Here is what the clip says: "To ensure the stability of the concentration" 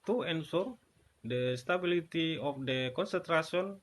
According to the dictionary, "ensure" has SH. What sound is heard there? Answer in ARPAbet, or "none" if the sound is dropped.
S